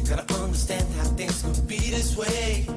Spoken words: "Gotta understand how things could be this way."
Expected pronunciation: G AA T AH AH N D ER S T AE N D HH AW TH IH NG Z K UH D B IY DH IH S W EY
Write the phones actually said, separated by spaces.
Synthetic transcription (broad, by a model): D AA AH AH N D ER S T AE N D HH AW TH IH NG Z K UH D B IY DH IH S W EY